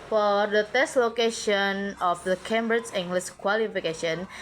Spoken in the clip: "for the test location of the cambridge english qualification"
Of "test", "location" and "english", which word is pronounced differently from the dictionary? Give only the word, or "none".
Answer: english